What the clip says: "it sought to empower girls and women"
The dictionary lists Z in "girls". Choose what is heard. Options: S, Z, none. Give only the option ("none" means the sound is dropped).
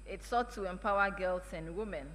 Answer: S